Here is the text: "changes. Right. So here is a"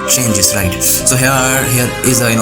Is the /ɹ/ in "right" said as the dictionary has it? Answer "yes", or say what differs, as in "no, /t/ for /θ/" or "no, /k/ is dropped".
yes